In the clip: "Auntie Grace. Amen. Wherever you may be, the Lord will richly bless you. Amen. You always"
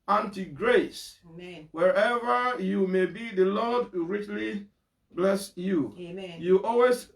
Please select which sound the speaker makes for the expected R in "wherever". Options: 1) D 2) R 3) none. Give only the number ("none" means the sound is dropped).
2